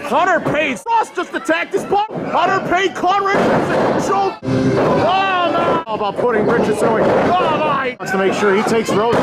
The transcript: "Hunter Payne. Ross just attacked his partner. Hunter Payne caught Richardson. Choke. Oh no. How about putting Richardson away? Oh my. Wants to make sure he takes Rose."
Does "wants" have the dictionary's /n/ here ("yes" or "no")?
no